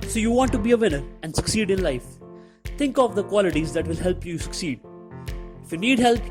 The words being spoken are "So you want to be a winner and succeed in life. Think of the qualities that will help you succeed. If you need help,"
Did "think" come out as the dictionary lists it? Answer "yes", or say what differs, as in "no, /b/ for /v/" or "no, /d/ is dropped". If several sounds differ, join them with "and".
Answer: no, /t/ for /θ/